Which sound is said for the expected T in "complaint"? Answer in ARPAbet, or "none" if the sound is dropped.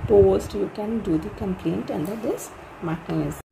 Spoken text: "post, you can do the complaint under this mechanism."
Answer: T